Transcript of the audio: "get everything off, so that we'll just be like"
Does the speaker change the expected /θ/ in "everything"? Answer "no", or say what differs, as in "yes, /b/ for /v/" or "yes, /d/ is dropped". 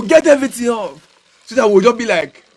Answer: yes, /t/ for /θ/